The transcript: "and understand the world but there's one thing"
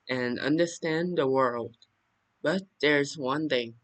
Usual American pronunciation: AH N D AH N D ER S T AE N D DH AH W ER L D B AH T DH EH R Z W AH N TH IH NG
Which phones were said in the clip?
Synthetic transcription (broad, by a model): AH N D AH N D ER S T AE N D DH AH W ER L D B AH T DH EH R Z W AH N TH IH NG